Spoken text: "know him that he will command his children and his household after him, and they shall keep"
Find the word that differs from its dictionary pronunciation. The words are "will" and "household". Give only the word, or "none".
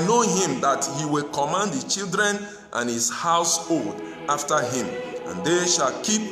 none